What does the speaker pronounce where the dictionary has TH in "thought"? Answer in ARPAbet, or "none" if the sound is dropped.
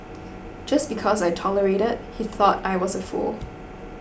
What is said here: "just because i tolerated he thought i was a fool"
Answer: TH